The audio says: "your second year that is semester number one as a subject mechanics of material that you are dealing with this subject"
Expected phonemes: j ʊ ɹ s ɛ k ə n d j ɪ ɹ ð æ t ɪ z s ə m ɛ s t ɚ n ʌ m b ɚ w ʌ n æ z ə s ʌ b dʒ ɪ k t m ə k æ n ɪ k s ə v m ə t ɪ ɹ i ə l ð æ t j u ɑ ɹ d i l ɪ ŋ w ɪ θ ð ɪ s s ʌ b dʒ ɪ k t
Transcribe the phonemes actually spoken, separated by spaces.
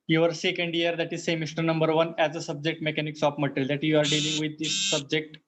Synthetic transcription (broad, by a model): j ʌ ɹ s ɛ k ə n d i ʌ ɹ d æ t ɪ z s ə m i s t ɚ n ʌ m b ɚ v ʌ n æ z ə s ʌ b dʒ ɪ k t m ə k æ n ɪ k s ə p m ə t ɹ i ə l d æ t j u ɑ ɹ d i l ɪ ŋ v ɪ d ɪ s s ʌ b dʒ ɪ k t